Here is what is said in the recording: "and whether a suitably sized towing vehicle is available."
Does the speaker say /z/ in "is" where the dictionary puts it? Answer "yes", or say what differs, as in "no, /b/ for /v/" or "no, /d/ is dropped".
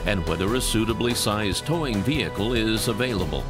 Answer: yes